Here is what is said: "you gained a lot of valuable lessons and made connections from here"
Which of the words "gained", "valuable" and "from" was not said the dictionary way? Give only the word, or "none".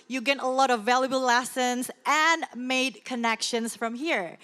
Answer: gained